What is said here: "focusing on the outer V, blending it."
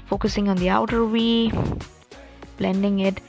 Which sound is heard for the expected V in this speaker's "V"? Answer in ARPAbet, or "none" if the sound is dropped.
W